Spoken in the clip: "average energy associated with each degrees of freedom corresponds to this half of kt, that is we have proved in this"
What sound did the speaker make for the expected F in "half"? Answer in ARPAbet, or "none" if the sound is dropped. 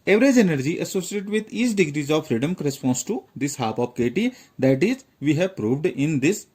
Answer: P